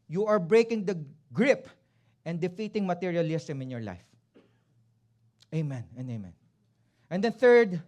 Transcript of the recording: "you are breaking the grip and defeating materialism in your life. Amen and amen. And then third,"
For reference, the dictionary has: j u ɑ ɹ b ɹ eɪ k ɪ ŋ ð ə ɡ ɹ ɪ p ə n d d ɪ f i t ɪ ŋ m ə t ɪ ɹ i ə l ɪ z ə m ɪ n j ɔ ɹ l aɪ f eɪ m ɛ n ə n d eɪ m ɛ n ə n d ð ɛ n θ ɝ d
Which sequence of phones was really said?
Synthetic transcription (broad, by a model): j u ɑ ɹ b ɹ eɪ k ɪ ŋ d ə ɡ ɹ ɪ p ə n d d ɪ f i t ɪ ŋ m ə t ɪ ɹ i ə l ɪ s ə m ɪ n j ɔ ɹ l aɪ f eɪ m ɛ n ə n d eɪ m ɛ n ə n d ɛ n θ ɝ d